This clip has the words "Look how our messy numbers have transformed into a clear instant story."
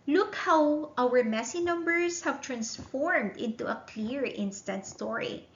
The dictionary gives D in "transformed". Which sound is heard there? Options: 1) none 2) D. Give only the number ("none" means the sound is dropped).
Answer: 2